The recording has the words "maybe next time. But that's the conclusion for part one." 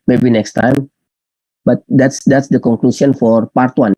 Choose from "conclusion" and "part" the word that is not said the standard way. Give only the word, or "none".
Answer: conclusion